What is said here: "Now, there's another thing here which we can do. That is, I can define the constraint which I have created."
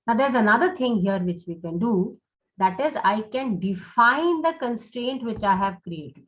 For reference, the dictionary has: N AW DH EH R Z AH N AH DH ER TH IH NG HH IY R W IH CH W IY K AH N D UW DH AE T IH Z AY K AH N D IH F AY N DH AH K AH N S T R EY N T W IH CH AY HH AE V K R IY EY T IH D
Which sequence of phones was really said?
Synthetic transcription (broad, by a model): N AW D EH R Z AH N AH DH ER T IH NG HH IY R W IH CH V IY K AH N D UW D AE T IH Z AY K AH N D IH F AY N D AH K AH N S T R EY N T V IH CH AY HH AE V K R IY EY T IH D